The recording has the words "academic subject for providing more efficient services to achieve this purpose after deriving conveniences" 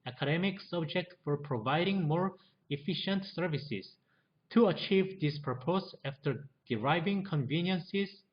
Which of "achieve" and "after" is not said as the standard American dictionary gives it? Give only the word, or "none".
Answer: none